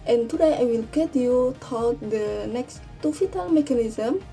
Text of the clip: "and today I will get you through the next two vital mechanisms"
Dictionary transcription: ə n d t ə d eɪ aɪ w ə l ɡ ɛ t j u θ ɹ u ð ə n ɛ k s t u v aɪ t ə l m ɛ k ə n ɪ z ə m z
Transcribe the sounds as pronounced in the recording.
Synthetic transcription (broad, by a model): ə n t ə d eɪ aɪ w ə l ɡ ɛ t j u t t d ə n ɛ k s t u f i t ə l m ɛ k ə n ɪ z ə m